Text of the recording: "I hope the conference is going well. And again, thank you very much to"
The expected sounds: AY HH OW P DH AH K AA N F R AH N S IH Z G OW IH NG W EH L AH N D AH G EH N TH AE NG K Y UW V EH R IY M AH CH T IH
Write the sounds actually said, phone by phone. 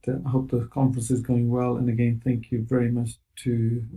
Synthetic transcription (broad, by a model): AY HH OW P DH AH K AA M F R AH N S IH Z G OW IH NG W EH L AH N AH G EH N TH AE NG K Y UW V EH R IY M AH CH T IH